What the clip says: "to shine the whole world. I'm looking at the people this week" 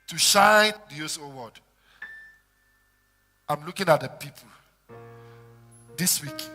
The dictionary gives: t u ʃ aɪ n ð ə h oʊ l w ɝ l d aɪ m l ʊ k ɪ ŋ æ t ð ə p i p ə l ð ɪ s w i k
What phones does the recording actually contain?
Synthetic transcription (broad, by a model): t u ʃ aɪ n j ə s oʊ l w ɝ d aɪ m l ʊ k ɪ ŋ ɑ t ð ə p i p ə l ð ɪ s w i k